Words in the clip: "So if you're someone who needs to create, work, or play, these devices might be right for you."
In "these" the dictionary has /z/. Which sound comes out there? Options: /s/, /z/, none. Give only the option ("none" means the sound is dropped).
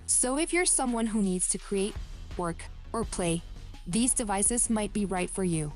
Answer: /z/